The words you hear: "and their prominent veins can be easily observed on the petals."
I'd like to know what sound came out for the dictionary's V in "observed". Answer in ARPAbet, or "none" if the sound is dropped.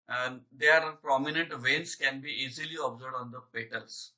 none